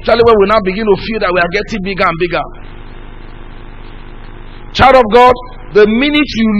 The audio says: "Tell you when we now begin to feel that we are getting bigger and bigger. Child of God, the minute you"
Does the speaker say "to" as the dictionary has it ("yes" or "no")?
yes